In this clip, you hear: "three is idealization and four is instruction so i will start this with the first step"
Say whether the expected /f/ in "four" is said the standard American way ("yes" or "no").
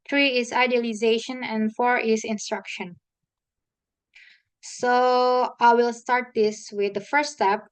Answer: yes